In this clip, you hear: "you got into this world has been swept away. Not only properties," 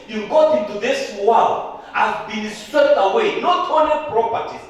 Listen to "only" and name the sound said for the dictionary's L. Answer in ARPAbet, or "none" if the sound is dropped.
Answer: none